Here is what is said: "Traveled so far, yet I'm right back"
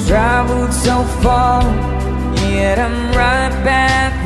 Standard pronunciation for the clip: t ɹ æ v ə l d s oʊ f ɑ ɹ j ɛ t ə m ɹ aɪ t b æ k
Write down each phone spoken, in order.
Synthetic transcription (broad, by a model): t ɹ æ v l l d s oʊ f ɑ l j ɛ t ə m ɹ aɪ t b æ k